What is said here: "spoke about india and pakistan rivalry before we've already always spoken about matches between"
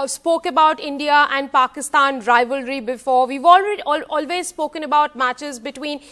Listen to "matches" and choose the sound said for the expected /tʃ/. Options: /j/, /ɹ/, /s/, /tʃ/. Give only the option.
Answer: /tʃ/